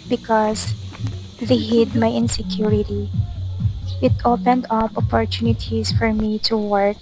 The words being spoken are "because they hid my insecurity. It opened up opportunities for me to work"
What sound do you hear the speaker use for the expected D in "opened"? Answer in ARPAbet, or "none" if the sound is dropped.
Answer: D